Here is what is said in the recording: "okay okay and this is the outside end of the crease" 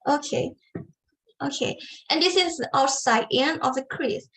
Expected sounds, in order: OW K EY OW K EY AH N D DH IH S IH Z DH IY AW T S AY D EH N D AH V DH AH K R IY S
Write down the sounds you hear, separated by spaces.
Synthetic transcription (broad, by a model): OW K EY OW K EY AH N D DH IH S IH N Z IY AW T S AY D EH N AH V DH AH K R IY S